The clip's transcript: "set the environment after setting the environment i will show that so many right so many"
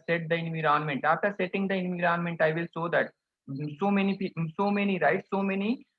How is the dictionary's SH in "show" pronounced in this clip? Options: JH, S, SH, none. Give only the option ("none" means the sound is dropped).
S